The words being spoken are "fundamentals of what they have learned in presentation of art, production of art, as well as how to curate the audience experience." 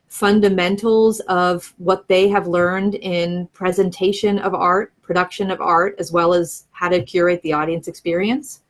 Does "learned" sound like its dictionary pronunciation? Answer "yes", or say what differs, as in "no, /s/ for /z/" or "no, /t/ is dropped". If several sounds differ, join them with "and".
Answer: yes